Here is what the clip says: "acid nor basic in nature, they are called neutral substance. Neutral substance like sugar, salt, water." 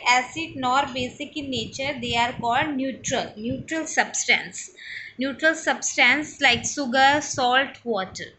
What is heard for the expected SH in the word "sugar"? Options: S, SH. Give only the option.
S